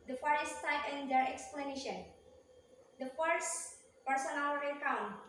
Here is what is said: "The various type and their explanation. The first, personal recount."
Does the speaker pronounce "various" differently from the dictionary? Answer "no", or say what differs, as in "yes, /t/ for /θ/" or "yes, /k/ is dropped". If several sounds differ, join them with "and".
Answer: yes, /f/ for /v/